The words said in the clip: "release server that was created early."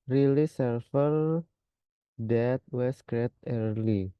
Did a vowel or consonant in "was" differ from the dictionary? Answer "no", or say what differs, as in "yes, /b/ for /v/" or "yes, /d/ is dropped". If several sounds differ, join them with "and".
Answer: yes, /s/ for /z/